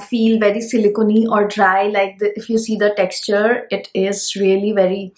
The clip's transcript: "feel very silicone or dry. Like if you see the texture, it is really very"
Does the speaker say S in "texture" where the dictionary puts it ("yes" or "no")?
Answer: yes